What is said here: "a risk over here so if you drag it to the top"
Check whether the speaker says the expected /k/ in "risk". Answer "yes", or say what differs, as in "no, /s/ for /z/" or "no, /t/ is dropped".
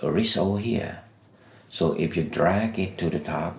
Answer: no, /k/ is dropped